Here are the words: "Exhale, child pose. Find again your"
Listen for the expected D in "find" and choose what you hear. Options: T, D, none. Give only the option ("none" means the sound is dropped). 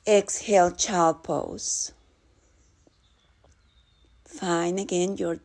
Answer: none